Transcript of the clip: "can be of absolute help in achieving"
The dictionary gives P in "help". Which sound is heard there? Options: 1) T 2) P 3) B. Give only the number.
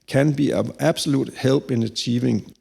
3